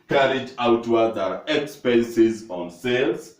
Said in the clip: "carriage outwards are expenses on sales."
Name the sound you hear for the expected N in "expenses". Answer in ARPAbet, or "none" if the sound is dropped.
N